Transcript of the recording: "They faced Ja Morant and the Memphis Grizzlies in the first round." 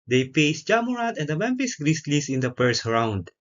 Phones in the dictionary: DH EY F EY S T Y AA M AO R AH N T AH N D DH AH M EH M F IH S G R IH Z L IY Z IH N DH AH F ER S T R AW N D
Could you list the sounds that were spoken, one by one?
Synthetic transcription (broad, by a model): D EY P EY S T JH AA M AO R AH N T AH N D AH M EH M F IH S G R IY S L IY S IH N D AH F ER S R AW N D